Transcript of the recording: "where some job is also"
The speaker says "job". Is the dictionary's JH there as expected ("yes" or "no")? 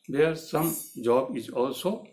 yes